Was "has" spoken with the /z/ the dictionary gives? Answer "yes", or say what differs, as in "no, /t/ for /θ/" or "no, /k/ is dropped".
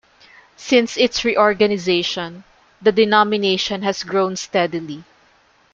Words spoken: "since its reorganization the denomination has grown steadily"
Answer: no, /s/ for /z/